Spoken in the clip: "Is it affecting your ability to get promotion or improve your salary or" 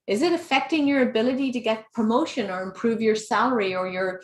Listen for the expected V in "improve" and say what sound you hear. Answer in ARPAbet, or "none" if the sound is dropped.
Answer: V